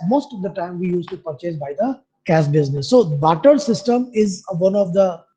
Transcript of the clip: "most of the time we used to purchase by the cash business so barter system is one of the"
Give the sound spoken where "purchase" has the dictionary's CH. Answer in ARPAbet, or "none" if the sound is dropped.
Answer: CH